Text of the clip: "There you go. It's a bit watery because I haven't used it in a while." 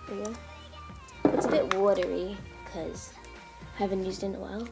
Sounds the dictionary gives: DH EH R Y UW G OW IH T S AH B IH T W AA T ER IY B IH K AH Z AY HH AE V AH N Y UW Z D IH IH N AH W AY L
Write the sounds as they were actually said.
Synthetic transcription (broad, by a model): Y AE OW IH T S AH B IH T W AA T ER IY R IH K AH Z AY HH AE V AH N Y UW Z D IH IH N AH W AY L